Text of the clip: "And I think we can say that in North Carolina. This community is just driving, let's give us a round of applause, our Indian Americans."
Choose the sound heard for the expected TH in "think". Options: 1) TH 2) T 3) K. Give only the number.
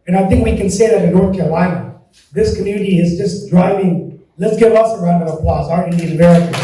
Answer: 1